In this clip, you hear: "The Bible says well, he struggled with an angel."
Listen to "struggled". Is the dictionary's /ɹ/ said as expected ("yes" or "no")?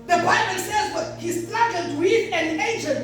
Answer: no